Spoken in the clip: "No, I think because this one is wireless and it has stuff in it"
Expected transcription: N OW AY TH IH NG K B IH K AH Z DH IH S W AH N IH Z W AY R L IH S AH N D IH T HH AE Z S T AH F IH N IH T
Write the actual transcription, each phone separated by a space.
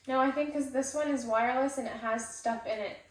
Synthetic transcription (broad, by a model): N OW AY TH IH NG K K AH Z DH IH S W AH N IH Z W AY R L IH S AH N IH T HH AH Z S T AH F IH N IH T